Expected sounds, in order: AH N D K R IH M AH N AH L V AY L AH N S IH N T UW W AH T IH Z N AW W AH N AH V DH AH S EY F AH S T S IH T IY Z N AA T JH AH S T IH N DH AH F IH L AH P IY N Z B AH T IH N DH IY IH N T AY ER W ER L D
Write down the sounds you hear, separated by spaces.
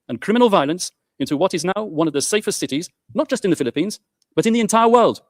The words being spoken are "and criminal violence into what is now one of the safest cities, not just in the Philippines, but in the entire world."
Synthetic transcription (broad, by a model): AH N K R IH M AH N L V AY L AH N S IH N T UW W AH T IH Z N AW W AH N AH V DH AH S EY F AH S T S IH T IY Z N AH T JH AH S T IH N DH AH F IH L AH P IY N Z B AH T IH N DH IY IH N T AY ER W ER L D